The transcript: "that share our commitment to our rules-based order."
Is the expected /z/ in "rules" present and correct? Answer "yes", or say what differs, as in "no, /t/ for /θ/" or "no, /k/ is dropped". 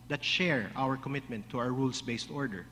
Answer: no, /s/ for /z/